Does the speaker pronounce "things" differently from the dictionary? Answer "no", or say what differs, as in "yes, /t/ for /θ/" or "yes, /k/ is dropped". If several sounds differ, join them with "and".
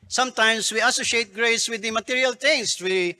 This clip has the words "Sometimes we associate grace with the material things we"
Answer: yes, /t/ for /θ/ and /s/ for /z/